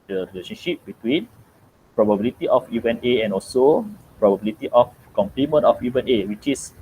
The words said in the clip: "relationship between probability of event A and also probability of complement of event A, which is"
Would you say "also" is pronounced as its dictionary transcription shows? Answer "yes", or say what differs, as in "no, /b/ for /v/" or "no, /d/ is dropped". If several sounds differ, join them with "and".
yes